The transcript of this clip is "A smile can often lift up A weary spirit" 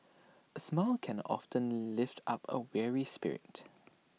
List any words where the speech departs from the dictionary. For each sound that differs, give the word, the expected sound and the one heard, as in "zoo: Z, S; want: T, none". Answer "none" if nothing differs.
none